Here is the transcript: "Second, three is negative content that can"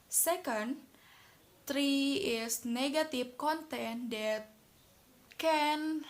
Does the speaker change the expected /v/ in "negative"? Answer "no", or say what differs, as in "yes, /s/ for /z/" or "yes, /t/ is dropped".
yes, /f/ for /v/